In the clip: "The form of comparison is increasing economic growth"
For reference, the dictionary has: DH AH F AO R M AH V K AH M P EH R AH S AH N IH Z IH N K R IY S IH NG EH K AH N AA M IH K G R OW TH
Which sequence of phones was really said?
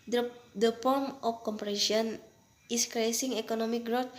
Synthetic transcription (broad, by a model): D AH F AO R M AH F K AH M P R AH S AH IH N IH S K R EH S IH NG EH K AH N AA M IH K G R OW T